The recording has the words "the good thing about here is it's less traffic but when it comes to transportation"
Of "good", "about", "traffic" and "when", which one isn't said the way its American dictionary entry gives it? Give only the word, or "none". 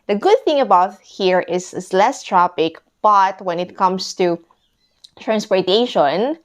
traffic